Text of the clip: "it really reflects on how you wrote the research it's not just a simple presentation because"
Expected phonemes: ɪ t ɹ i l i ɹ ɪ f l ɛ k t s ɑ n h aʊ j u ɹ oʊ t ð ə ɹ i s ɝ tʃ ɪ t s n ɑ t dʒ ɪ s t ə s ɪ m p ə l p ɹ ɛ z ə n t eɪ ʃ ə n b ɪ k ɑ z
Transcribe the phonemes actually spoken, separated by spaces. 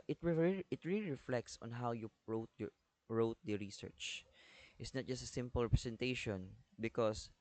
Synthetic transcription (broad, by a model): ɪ t ɹ i l i ɹ ɪ f l ɛ k t s ɑ n h aʊ j u ɹ oʊ t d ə ɹ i s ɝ tʃ ɪ t s n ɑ t dʒ ɪ s t ə s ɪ m p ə l p ɹ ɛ s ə n t eɪ ʃ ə n b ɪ k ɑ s